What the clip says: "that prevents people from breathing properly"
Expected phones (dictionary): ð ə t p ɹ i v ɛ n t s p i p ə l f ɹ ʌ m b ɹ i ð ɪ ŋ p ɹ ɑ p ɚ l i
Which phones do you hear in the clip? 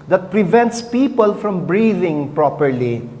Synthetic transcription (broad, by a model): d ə t p ɹ i v ɛ n t s p i p ə l f ɹ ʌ m b ɹ i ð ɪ ŋ p ɹ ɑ p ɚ l i